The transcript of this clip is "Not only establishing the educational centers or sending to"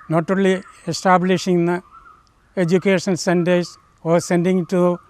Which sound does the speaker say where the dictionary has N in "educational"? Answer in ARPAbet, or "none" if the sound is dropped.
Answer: none